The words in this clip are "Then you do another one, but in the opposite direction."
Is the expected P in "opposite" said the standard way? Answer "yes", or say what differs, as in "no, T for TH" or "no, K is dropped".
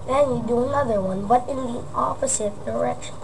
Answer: no, F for P